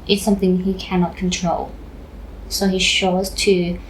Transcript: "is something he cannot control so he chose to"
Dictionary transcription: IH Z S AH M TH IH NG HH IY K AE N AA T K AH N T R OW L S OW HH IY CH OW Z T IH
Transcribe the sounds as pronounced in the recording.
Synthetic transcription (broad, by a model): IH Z S AH M TH IH NG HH IY K AE N AA T K AH N T R OW L S OW HH IY SH OW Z T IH